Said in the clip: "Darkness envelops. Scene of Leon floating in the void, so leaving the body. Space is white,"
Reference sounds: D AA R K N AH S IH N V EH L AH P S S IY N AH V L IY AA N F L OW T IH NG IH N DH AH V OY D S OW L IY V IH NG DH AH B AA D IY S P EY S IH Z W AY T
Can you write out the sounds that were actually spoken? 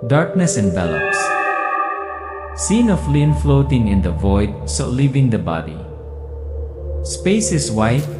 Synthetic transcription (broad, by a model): D AA R K N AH S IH N B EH L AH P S S IY N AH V L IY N F L OW T IH NG IH N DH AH V OY D S OW L IY V IH NG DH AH B AA D IY S P EY S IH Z W AY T